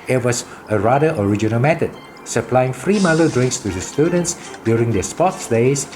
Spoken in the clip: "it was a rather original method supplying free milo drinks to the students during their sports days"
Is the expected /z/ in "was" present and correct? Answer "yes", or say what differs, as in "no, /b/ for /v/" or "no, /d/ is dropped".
no, /s/ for /z/